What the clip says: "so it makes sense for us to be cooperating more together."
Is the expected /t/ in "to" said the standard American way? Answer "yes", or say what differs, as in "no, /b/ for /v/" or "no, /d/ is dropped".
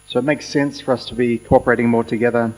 yes